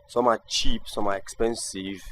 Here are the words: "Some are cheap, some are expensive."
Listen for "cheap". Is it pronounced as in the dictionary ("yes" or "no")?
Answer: yes